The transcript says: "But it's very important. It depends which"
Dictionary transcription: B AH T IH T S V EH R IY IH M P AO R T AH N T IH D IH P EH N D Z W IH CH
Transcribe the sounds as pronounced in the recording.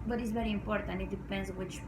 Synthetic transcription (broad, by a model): B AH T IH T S V EH R IY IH M P AO R T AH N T IH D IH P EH N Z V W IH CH